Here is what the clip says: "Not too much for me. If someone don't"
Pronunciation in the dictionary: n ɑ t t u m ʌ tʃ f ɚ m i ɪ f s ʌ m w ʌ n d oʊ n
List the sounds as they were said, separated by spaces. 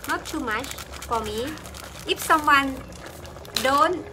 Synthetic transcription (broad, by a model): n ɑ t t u m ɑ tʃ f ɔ m i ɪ p s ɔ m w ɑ n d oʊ n